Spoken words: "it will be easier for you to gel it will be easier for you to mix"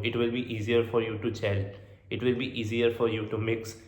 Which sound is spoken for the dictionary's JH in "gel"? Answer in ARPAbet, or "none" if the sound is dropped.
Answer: CH